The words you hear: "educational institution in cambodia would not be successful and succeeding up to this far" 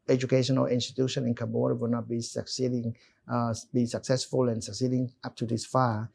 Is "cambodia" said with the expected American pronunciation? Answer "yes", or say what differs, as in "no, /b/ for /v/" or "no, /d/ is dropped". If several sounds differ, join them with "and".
no, /m/ is dropped